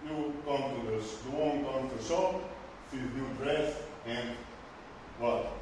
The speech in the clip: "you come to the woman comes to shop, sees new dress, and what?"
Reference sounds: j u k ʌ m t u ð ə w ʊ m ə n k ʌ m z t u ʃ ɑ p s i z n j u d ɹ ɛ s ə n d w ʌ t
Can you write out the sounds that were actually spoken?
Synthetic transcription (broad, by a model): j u k ʌ m t u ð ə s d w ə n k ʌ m t u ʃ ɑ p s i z n j u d ɹ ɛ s ə n d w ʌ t